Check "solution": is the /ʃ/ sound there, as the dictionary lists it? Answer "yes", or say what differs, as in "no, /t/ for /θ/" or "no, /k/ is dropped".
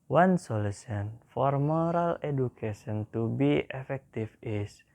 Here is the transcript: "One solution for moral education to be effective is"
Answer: no, /s/ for /ʃ/